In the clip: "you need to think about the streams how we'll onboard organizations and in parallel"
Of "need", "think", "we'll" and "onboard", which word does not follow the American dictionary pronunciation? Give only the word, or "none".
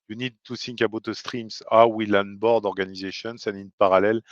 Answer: think